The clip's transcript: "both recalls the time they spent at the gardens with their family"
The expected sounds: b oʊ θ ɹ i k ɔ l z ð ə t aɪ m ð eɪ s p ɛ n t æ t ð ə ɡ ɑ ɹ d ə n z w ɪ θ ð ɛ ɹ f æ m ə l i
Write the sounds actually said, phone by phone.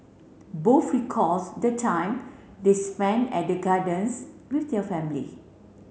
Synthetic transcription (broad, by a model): b oʊ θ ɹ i k ɔ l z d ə t aɪ m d eɪ s p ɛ n ɛ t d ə ɡ ɑ d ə n s w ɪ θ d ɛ f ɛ m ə l i